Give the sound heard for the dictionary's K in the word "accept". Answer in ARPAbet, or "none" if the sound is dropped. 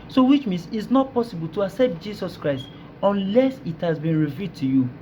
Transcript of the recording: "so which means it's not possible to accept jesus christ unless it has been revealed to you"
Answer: K